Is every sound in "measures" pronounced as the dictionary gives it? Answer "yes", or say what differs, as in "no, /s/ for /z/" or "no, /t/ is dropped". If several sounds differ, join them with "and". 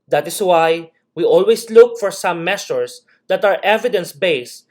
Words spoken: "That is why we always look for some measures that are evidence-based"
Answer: no, /s/ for /ʒ/